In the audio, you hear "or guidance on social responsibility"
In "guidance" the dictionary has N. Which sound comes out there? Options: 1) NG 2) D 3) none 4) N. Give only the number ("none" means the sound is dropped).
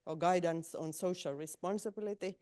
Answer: 4